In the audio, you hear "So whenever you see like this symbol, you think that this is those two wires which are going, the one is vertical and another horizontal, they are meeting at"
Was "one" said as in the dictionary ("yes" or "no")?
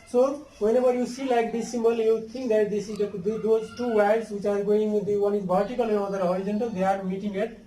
yes